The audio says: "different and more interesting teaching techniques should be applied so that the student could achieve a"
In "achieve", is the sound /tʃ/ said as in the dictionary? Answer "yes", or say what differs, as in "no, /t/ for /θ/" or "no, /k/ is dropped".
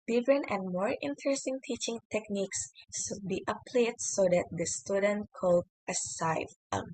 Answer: no, /s/ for /tʃ/